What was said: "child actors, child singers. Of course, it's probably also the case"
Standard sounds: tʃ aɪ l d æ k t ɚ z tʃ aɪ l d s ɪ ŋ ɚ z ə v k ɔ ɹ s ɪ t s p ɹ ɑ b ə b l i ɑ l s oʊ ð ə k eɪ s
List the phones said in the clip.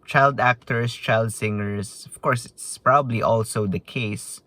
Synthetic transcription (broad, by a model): tʃ aɪ l d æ k t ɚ s tʃ aɪ l d s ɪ ŋ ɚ s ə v k ɔ ɹ s ɪ t s p ɹ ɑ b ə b l i ɑ l s oʊ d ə k eɪ s